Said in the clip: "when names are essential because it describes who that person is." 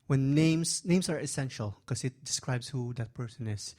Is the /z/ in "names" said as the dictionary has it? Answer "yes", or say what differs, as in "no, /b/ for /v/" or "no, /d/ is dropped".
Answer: no, /s/ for /z/